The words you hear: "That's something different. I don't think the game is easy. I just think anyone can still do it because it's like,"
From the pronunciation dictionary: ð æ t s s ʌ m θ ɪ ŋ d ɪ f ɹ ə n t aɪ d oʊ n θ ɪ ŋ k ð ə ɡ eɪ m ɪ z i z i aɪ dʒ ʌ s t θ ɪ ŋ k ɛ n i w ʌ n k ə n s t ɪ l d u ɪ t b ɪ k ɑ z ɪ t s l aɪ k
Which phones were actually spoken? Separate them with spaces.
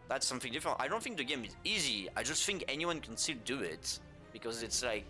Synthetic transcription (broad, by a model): ð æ t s s ʌ m θ ɪ ŋ d ɪ f ɹ ə n t aɪ d oʊ n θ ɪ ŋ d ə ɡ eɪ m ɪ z i z i aɪ dʒ ʌ s t θ ɪ ŋ k ɛ n i w ʌ n k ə n s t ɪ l d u ɪ t b ɪ k ɑ z ɪ t s l aɪ k